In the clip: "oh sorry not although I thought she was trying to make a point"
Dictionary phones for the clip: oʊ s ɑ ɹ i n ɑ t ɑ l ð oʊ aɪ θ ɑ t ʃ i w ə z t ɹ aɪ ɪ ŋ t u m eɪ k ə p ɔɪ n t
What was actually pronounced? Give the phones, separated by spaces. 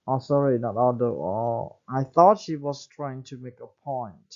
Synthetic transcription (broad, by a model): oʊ s ɑ ɹ i n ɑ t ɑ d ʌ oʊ aɪ θ ɑ t ʃ i w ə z t ɹ aɪ ɪ ŋ t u m eɪ k ə p ɔɪ n t